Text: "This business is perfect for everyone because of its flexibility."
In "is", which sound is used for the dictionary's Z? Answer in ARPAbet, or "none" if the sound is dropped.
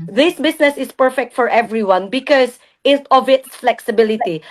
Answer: S